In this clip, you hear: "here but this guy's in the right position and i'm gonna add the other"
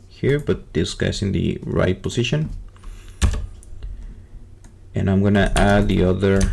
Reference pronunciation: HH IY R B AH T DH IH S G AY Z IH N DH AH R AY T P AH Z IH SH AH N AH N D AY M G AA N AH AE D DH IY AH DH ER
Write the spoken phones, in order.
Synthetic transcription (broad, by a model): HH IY R B AH T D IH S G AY S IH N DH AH R AY T P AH S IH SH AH N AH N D AY M G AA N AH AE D DH IY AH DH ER